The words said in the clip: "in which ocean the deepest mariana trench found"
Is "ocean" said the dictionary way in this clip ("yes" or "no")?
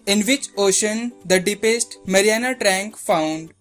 yes